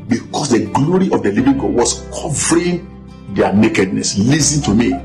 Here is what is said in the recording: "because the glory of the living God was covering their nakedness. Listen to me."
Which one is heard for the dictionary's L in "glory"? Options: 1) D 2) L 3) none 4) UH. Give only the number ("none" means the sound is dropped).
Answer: 2